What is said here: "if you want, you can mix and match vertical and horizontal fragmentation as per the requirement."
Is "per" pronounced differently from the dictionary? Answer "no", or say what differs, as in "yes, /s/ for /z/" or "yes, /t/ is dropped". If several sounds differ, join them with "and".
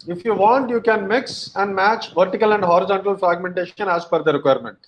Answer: yes, /f/ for /p/